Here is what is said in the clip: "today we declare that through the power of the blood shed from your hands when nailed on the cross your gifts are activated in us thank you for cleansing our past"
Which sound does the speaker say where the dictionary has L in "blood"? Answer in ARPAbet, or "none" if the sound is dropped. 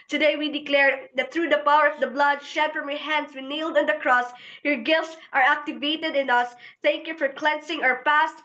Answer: L